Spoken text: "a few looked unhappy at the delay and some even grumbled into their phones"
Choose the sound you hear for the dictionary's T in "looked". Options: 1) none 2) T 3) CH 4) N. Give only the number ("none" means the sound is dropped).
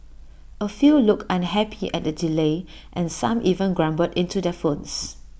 1